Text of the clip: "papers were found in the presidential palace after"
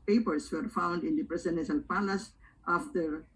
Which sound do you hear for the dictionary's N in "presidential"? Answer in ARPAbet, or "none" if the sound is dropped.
none